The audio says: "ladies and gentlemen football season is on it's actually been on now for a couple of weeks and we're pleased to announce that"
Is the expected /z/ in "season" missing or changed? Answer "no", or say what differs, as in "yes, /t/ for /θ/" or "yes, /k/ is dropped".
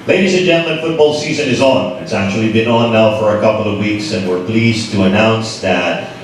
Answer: no